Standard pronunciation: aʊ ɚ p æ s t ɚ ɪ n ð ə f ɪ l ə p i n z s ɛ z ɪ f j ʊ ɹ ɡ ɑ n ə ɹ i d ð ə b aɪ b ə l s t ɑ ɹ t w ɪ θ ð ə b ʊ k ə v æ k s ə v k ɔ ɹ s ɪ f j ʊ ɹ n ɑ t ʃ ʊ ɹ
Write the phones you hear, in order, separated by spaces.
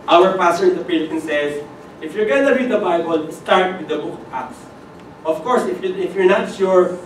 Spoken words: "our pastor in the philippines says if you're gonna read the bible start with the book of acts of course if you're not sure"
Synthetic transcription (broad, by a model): aʊ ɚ p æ s t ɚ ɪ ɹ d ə p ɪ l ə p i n s ɛ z ɪ f j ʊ ɹ ɡ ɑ n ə ɹ i d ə b aɪ b ə l s t ɑ ɹ t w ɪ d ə b ʊ k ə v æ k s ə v k ɔ ɹ s ɪ f j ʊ ɹ n ɑ t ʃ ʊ ɹ